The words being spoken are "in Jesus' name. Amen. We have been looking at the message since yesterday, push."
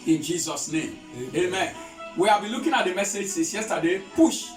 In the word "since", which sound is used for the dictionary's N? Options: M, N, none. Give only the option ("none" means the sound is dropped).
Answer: none